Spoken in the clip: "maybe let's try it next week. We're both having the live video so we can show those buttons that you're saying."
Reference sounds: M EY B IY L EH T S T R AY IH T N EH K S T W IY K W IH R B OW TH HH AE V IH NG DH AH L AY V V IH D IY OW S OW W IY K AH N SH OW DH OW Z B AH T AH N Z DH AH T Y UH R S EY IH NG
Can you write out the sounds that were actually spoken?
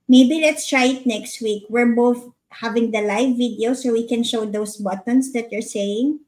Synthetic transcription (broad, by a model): M EY B IY L EH T S T R AY IH T N EH K S T W IY K W IH R B OW TH HH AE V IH NG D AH L AY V V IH D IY OW S OW W IY K AH N SH OW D OW S B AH T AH N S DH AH T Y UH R S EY IH NG